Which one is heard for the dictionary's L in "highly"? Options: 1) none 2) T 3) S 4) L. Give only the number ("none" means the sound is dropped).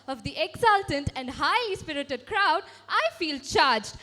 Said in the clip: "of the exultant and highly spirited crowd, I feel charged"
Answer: 1